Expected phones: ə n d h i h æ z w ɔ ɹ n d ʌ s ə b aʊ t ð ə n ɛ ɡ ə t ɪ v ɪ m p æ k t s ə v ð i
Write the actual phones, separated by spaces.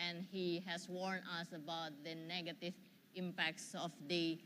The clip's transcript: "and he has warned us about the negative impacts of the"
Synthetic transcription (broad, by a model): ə n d h i h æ s w ɔ ɹ n ʌ s ə b aʊ t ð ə n ɛ ɡ ə t ɪ v ɪ m p æ k t s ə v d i